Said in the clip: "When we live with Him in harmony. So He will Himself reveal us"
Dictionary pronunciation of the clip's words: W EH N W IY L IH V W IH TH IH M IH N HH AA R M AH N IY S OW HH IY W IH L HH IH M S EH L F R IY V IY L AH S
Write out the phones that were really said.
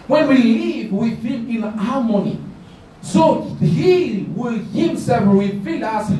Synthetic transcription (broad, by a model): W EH N W IY L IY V W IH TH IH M IH N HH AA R M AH N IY S OW HH IY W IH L HH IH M S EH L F W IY F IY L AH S